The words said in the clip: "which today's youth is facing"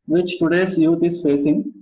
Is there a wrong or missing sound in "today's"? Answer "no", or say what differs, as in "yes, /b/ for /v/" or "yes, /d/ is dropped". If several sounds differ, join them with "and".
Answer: yes, /s/ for /z/